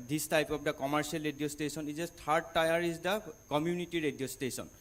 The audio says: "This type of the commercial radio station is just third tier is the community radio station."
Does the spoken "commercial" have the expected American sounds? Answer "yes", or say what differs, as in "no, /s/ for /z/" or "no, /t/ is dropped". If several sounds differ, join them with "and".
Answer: no, /s/ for /ʃ/